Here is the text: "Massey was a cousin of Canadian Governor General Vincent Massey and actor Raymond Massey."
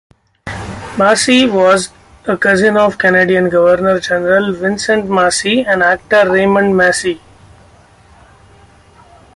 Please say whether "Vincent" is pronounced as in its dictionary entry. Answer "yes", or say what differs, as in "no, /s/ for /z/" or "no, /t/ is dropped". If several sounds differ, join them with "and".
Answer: yes